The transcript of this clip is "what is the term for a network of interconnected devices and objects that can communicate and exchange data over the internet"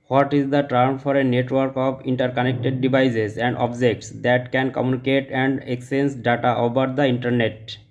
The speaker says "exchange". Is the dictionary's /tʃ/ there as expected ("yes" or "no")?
no